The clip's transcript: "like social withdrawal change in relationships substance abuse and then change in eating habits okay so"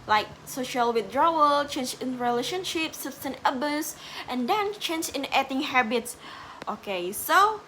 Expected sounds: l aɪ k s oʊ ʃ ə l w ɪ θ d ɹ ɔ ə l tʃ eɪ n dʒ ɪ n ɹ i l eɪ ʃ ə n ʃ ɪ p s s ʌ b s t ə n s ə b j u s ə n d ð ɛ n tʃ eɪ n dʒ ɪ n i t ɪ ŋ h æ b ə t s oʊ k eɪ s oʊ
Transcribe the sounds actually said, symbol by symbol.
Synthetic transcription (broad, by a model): l aɪ k s oʊ ʃ ə l w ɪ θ d ɹ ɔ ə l tʃ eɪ n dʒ ɪ n ɹ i l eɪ ʃ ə n ʃ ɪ p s s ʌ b s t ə n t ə b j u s ə n d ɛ n tʃ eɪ n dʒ ɪ n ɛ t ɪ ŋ h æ b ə t s oʊ k eɪ s oʊ